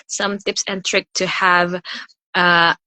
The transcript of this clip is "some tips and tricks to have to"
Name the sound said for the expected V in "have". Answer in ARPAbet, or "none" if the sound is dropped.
V